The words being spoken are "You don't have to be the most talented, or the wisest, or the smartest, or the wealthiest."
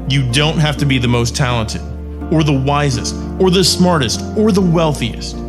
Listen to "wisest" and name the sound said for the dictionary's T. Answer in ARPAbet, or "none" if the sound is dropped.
T